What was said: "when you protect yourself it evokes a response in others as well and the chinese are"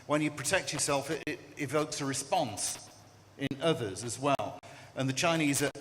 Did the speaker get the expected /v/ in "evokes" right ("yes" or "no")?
yes